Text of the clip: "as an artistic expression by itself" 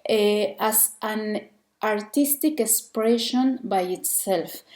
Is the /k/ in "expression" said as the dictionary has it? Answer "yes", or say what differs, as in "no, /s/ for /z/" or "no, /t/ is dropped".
yes